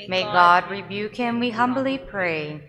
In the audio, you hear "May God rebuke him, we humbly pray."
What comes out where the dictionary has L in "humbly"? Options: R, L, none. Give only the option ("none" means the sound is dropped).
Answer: L